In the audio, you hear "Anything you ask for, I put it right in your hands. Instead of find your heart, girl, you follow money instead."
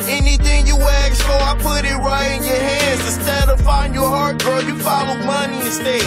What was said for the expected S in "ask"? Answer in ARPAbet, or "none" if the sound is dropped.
none